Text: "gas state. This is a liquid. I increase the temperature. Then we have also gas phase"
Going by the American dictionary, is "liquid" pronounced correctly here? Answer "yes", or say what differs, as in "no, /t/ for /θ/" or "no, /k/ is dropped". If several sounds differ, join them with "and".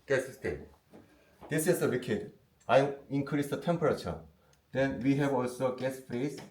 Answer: no, /w/ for /l/